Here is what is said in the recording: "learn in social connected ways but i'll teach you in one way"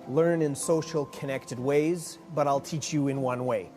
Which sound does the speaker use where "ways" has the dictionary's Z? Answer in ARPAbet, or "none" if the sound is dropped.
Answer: Z